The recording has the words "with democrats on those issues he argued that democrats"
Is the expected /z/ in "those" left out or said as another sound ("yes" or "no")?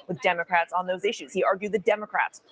no